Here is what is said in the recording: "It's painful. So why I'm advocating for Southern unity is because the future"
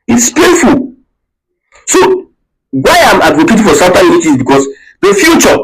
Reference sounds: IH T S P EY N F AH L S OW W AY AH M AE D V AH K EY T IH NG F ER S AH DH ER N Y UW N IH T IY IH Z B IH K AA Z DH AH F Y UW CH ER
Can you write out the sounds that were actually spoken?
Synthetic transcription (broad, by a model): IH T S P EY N F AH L S OW W AY AH M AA D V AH K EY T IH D F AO S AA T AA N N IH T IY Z B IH K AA S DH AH F Y UW CH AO